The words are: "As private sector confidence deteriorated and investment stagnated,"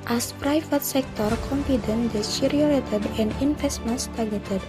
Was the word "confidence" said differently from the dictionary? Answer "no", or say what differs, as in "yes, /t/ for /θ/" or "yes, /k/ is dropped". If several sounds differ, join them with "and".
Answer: yes, /s/ is dropped